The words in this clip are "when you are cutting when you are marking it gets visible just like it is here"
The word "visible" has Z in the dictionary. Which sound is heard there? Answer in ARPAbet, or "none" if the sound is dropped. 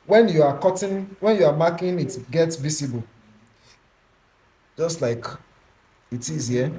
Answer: S